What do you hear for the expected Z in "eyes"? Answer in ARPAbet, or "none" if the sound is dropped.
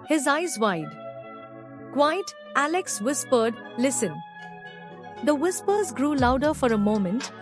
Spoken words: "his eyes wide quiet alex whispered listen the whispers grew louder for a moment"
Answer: Z